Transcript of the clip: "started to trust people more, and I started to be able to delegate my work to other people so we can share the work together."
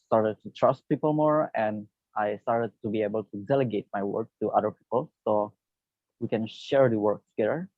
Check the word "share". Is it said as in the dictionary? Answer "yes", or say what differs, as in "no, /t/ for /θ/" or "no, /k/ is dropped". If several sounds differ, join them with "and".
yes